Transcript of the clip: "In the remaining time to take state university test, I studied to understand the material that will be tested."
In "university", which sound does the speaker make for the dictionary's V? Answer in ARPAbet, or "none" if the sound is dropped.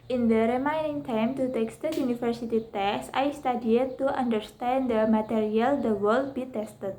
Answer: F